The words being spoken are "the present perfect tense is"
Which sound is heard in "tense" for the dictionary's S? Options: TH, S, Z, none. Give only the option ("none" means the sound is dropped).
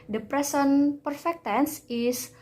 S